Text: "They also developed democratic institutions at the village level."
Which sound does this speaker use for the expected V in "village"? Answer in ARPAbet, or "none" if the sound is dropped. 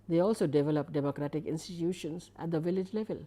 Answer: V